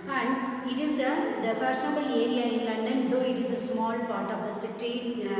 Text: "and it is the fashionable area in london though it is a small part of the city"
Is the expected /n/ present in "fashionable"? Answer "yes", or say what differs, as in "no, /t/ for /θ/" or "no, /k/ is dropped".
no, /n/ is dropped